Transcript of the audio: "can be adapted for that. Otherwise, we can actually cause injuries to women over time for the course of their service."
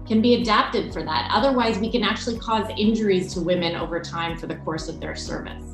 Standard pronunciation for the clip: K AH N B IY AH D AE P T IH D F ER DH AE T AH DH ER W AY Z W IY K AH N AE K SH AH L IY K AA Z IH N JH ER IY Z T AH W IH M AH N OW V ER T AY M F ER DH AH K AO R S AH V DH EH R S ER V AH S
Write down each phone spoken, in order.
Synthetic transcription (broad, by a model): K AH N B IY AH D AE P T IH D F ER DH AE T AH DH ER W AY Z W IY K AH N AE K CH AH L IY K AA Z IH N JH ER IY Z T AH W IH M AH N OW V ER T AY M F ER DH AH K AO R S AH V DH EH R S ER V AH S